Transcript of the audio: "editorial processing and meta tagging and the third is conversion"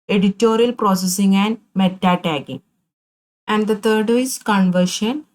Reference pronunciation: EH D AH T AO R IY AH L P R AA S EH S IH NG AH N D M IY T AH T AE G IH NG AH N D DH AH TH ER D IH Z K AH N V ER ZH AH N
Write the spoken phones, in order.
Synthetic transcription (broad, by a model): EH D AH T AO R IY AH L P R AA S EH S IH NG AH N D M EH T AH T AE G IH NG AH N D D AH T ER D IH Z K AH N V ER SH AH N